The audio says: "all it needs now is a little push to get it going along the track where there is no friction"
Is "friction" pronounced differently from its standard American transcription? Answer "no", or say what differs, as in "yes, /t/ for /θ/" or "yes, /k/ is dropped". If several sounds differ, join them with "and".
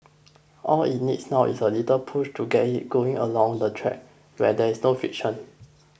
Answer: yes, /ɹ/ is dropped